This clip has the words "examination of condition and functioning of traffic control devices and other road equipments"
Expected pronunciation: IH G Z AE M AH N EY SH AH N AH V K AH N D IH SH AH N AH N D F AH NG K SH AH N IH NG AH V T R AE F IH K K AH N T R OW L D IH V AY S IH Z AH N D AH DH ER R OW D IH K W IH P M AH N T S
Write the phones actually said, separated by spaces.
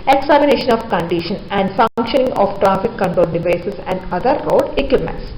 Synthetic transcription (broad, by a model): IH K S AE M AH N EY SH AH N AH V K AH N D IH SH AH N AH N D F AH NG K SH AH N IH NG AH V T R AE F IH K K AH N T OW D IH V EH S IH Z AH N D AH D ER R OW D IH K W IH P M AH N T S